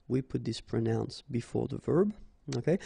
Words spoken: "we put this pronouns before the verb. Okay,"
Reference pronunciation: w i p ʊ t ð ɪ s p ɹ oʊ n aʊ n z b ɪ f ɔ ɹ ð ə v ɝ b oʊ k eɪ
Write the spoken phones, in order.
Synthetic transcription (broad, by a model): w i p ʊ t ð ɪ s p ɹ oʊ n aʊ n s b ɪ f ɔ ɹ ð ə v ɝ b oʊ k eɪ